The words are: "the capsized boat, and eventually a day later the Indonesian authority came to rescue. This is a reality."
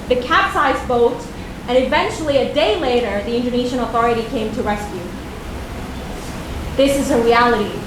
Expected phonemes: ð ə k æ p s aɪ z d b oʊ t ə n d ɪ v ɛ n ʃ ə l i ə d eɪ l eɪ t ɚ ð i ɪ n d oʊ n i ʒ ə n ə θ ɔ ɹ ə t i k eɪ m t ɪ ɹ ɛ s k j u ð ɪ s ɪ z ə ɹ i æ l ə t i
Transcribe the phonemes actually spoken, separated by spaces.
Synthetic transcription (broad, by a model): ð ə k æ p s aɪ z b oʊ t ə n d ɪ v ɛ n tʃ l i ə d eɪ l eɪ t ɚ ð i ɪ n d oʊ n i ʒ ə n ə θ ɔ ɹ ə t i k eɪ m t ɪ ɹ ɛ s k j u ð ɪ s ɪ z ə ɹ i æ l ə t i